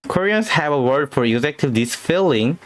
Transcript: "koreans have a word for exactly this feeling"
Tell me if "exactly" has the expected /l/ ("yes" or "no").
no